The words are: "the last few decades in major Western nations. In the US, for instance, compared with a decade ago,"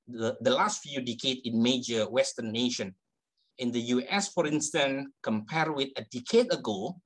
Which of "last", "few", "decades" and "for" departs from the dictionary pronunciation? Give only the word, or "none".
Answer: decades